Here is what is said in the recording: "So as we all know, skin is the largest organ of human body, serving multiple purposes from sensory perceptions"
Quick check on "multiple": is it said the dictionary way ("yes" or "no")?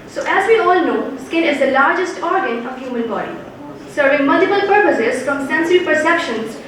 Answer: no